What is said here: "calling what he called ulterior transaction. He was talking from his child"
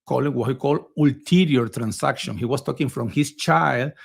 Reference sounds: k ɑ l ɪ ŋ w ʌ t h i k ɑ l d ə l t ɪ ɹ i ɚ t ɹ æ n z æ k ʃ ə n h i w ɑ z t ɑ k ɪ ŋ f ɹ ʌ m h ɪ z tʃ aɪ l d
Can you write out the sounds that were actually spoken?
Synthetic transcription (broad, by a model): k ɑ l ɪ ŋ w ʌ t h i k ɑ l d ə l t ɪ ɹ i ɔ t ɹ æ n s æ k ʃ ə n h i w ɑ s t ɑ k ɪ ŋ f ɹ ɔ m h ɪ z tʃ aɪ l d